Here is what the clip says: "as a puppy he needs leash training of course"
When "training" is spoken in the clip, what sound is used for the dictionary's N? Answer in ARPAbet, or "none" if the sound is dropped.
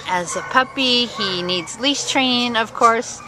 none